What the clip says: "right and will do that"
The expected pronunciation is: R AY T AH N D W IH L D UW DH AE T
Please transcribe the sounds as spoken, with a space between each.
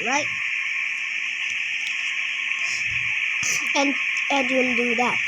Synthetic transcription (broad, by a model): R AY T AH N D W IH N D UW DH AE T